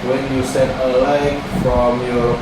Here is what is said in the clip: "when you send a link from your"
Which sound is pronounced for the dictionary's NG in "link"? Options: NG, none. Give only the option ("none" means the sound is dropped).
none